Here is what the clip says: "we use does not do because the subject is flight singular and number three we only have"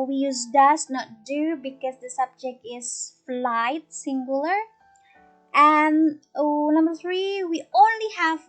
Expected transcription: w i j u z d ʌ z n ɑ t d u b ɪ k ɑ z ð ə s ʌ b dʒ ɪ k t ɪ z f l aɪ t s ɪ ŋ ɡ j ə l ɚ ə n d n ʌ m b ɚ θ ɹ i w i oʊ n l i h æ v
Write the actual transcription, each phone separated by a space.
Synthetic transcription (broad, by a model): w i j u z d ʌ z n ɑ t d u b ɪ k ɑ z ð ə s ʌ b dʒ ɪ k t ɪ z f l aɪ t s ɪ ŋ ɡ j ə l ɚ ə n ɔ n ʌ m b ɚ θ ɹ i w i oʊ n l i h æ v